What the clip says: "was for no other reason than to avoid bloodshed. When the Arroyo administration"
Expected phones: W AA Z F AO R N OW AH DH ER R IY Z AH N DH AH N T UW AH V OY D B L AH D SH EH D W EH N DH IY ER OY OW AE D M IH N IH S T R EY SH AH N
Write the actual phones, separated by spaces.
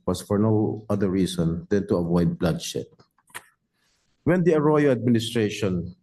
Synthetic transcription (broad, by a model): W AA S F AO R N OW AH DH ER R IY S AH N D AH N T UW AH V OY D B L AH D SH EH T W EH N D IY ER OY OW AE D M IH N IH S T R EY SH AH N